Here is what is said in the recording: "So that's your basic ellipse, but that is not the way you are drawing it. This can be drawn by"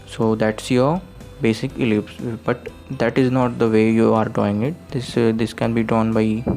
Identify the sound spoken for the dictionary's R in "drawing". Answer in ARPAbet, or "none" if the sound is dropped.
none